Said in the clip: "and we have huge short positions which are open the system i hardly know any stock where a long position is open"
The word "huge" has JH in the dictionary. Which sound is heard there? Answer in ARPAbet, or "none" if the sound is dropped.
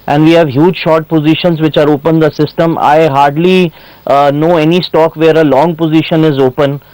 JH